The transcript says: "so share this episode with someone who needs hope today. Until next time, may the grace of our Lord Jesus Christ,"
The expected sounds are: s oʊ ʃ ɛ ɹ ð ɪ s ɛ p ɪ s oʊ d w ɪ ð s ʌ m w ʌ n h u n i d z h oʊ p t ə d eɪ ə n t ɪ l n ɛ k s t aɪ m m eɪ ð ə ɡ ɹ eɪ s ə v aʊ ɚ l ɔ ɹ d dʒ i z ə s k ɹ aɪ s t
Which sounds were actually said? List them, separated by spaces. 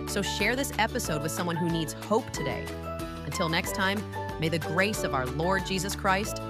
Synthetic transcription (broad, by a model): s oʊ ʃ ɛ ɹ ð ɪ s ɛ p ɪ s oʊ d w ɪ ð s ʌ m w ʌ n h u n i d z h oʊ p t ə d eɪ ə n t ɪ l n ɛ k s t aɪ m m eɪ ð ə ɡ ɹ eɪ s ə v aʊ ɚ l ɔ ɹ d dʒ i z ə s k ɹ aɪ s t